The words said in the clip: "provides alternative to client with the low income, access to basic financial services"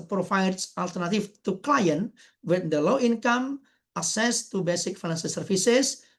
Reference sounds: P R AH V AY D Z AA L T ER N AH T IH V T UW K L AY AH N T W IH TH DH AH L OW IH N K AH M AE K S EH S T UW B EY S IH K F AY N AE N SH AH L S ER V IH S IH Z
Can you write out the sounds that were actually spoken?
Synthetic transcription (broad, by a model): P R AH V AY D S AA L T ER N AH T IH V T UW K L AY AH N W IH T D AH L OW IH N K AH M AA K S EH S T UW B EY S IH K F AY N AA N S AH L S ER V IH S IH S